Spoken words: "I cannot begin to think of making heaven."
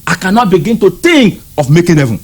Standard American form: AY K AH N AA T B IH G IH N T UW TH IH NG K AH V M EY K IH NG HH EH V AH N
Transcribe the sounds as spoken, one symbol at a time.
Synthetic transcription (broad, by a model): AY K AH N AA T B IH G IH N T UW T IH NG K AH F M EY K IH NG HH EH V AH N